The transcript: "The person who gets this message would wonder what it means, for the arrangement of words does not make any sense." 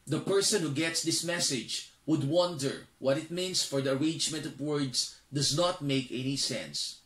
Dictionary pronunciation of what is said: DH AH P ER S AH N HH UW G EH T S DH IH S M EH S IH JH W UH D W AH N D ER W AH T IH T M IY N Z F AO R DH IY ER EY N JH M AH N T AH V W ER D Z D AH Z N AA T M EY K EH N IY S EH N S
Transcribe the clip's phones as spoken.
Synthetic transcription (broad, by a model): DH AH P ER S AH N HH UW G EH T S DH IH S M EH S IH JH W UH D W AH N D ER W AH T IH T M IY N S F AO R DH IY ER EY N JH M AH N T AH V W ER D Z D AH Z N AA T M EY K EH N IY S EH N S